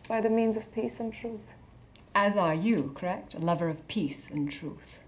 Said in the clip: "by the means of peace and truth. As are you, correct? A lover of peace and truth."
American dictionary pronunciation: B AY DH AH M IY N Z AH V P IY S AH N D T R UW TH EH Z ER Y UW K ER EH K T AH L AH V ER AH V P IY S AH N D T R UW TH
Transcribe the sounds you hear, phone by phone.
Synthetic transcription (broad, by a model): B AY DH AH M IY N Z AH V P IY S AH N T R UW TH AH Z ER Y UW K ER EH K T AH L AH V ER AH V P IY S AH N T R UW TH